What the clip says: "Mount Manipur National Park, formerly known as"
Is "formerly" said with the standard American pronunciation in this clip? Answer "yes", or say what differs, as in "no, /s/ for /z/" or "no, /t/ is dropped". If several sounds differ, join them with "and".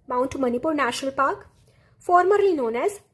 no, /l/ is dropped